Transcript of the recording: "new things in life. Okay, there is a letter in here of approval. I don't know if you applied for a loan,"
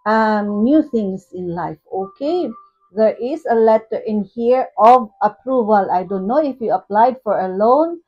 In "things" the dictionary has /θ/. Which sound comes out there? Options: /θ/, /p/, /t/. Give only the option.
/t/